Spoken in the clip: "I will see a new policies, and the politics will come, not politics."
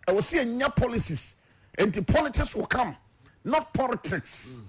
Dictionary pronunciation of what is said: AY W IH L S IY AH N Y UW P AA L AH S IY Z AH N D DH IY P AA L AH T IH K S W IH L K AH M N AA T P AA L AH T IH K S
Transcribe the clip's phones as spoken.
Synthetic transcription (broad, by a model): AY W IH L S IY AH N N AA P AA L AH S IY S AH N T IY P AA L AH T IH K S W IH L K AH M N AA T P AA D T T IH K S